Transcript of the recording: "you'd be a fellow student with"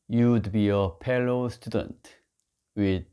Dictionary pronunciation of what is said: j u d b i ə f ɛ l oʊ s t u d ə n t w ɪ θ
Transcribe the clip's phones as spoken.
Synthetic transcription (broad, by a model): j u d b i ə p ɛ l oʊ s t u d ə n t w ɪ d